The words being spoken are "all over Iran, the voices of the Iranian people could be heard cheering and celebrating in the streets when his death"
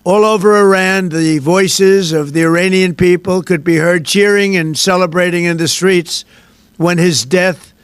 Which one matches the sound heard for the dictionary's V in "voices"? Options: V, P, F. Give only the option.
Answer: V